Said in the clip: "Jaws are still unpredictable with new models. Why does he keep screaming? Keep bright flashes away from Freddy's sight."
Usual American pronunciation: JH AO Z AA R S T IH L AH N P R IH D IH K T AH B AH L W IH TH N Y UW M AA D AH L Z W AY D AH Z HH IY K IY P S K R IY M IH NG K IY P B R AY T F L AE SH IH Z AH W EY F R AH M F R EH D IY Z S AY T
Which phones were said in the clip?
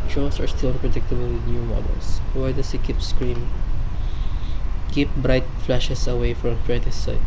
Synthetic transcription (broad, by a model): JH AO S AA R S T IH L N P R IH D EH K T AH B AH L W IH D N Y UW M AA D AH L S W AY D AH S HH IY K IY P S K R IY M IH NG K IY P B R AY T F L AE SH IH S AH W EY F R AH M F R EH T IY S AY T